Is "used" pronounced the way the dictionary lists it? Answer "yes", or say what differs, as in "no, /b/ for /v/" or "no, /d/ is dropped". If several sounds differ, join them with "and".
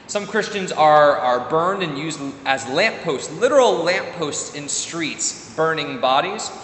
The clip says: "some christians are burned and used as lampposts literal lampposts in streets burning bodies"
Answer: yes